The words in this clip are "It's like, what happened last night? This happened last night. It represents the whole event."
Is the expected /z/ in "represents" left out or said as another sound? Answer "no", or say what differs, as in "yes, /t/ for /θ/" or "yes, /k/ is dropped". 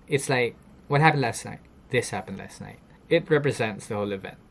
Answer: no